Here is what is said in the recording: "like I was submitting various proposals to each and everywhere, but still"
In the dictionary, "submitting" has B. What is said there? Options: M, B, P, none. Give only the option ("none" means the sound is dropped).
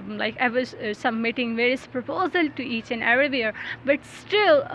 none